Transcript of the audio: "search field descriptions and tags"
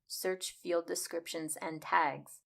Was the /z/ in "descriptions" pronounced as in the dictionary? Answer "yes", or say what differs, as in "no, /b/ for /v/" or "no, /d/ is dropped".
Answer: yes